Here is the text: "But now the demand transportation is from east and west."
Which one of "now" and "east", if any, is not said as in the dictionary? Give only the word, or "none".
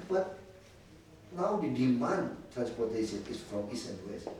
east